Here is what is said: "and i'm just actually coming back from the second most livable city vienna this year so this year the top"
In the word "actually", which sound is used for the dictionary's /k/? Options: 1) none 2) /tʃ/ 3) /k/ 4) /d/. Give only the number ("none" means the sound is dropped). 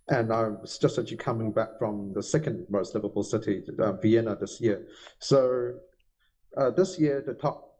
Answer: 1